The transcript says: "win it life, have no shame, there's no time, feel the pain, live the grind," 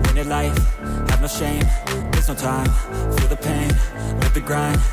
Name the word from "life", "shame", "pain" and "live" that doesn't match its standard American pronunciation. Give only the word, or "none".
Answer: live